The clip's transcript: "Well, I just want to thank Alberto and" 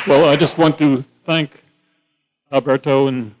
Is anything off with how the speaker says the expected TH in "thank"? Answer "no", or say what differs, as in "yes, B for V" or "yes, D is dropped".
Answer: no